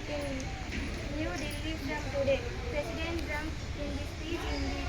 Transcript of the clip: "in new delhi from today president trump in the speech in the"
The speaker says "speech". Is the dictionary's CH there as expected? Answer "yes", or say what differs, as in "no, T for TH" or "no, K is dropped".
no, CH is dropped